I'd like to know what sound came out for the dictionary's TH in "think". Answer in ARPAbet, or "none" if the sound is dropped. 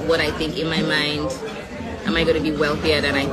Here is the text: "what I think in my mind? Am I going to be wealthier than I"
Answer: TH